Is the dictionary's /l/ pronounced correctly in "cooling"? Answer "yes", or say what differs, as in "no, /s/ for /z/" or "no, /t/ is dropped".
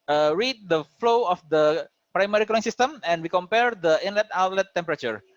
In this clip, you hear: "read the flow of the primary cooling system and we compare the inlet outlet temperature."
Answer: no, /l/ is dropped